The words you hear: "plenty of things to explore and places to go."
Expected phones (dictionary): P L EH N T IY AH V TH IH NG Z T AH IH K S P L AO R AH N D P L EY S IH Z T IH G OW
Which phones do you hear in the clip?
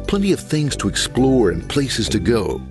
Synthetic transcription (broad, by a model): P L EH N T IY AH V TH IH NG Z T AH IH K S P L AO R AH N P L EY S IH Z T IH G OW